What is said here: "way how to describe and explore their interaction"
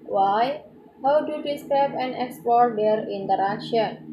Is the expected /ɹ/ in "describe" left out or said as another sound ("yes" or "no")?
yes